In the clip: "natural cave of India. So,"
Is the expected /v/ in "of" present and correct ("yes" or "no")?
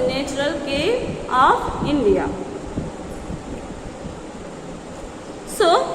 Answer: no